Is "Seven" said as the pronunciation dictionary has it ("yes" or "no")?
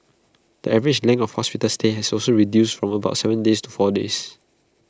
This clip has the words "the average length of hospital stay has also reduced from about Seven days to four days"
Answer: yes